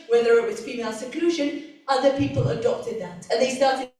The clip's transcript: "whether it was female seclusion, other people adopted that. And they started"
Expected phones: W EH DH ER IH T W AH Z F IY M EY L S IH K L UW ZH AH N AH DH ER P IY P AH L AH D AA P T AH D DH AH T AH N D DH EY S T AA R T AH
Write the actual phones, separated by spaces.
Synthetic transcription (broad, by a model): W EH DH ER IH T W AH Z F IY M EY L S IH K L UW ZH AH N AH DH ER P IY P AH L AH D AA P T AH D DH AH T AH N DH EY S T AA R T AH